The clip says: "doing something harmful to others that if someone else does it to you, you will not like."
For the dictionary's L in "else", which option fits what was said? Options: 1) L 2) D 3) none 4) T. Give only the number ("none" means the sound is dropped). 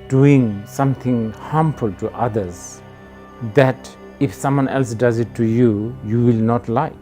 1